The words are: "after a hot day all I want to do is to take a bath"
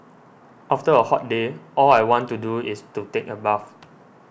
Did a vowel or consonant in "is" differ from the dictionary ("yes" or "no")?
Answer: yes